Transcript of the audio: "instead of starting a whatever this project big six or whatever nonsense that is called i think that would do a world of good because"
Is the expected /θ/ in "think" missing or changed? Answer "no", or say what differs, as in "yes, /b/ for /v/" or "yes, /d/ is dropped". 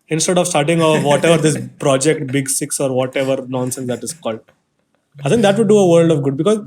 yes, /s/ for /θ/